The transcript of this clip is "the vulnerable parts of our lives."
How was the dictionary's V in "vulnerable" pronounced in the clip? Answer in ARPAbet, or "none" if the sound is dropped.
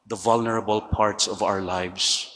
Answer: V